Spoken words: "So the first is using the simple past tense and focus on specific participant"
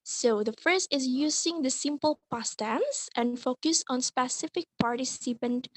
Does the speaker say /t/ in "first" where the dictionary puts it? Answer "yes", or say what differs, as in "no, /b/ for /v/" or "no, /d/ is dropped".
no, /t/ is dropped